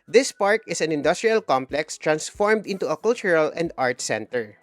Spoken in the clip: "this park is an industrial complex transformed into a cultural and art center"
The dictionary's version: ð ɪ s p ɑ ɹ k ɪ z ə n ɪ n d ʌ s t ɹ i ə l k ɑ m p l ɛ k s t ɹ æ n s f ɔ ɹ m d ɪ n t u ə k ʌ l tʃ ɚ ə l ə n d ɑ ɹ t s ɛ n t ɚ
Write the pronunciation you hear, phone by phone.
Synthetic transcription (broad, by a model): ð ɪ s p ɑ ɹ k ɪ s ə n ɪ n d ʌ s t ɹ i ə l k ɑ m p l ɛ k s t ɹ æ n s f ɔ ɹ m d ɪ n t u ə k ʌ l tʃ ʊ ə l ə n d ɑ ɹ t s ɛ n t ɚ